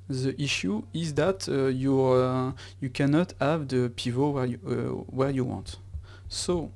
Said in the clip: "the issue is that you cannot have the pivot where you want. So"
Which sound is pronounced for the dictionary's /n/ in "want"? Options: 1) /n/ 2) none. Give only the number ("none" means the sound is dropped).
1